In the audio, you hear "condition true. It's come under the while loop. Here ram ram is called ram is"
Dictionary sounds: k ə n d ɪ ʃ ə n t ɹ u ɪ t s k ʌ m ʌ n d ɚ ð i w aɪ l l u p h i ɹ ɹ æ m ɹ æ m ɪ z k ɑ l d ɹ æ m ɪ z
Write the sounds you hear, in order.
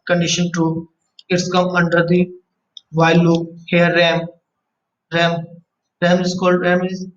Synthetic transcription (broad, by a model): k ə n d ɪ ʃ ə n t u ɪ t s k ʌ m ʌ n d ɚ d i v aɪ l l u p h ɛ ɹ ɹ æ m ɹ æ m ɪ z k ɑ l d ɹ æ m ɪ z